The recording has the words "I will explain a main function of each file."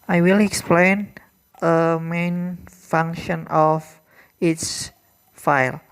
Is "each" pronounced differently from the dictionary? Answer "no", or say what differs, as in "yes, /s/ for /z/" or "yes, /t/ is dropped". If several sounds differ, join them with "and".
yes, /s/ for /tʃ/